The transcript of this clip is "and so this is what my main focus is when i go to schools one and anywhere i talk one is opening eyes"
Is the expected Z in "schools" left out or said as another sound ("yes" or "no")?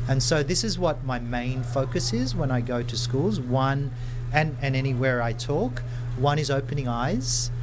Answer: no